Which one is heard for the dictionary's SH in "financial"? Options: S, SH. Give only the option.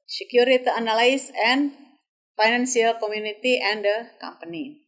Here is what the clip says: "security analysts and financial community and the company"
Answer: S